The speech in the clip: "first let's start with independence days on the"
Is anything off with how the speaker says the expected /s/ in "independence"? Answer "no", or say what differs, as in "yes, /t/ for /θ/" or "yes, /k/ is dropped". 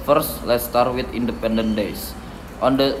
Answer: yes, /s/ is dropped